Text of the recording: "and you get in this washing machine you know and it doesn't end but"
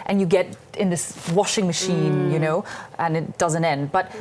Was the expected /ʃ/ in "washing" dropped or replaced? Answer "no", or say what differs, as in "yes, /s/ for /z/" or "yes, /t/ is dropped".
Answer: no